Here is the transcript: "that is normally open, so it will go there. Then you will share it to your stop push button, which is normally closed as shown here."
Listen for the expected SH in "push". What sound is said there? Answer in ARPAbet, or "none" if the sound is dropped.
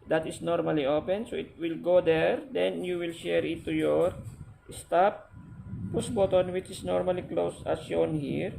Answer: S